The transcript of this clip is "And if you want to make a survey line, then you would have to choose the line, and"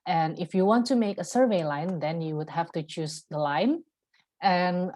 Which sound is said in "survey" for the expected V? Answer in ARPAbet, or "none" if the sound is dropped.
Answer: V